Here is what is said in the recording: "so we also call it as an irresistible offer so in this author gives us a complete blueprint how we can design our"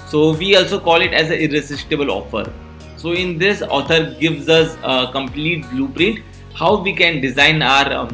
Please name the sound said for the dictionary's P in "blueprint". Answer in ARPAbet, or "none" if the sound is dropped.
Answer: P